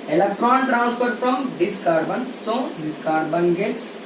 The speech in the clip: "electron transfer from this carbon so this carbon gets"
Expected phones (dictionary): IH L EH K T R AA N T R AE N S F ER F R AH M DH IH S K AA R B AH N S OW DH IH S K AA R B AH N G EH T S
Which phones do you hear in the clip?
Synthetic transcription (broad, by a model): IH L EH K T R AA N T R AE N S P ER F R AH M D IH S K AA R B AH N S OW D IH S K AA R B AH N G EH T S